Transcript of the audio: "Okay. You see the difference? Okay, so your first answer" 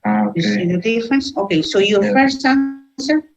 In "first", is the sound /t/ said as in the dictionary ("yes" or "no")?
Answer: no